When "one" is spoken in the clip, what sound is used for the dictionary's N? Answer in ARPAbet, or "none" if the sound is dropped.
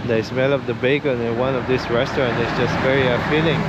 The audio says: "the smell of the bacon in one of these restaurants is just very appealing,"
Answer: N